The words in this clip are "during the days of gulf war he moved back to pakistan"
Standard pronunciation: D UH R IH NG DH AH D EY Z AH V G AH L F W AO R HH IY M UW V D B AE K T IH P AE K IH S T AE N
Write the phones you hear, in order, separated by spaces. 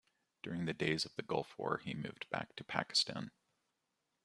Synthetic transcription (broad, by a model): D UH R IH NG DH AH D EY Z AH V G AH L F W AO R IY M UW V D B AE K T IH P AE K IH S T AE N